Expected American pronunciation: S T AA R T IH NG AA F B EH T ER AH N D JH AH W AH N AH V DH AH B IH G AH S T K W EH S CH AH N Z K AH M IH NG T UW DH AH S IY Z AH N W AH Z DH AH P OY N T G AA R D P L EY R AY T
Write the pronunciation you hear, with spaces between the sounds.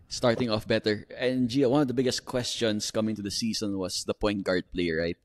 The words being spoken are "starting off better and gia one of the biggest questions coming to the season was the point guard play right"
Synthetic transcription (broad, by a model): S T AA R T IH NG AA F B EH T ER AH N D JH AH W AH N AH V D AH B IH G AH S T K W EH S CH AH N S K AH M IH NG T UW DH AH S IY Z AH N W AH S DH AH P OY N T G AA R D P L EY R AY T